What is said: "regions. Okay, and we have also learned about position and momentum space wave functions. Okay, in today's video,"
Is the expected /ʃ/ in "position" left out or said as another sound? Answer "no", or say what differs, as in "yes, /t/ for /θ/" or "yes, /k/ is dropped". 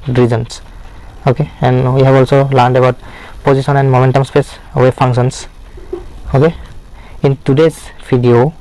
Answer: yes, /s/ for /ʃ/